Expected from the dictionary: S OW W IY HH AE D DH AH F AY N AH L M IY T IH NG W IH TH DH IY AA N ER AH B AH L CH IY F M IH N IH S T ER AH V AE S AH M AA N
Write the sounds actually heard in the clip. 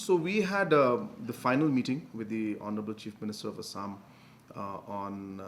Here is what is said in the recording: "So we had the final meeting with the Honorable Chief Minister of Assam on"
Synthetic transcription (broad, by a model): S OW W IY HH AE D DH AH F AY N AH L M IY T IH NG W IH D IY AA N ER AH B AH L CH IY F M IH N IH S T ER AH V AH S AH M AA N